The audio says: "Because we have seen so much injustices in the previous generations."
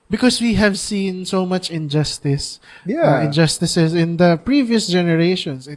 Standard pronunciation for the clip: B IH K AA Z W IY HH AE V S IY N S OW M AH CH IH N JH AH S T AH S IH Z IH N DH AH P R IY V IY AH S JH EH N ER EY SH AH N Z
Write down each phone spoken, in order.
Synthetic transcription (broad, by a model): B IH K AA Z W IY HH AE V S IY N S OW M AH CH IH N JH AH S T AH S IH S IH N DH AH P R IY V IY AH S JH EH N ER EY SH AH N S